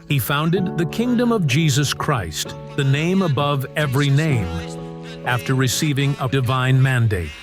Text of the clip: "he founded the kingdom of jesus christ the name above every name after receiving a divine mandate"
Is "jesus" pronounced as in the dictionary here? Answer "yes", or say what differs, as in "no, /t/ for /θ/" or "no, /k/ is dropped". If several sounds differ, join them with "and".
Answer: yes